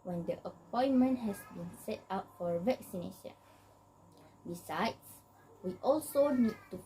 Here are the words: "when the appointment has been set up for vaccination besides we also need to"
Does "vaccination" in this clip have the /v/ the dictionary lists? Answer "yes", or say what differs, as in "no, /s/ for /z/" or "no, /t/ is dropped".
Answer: yes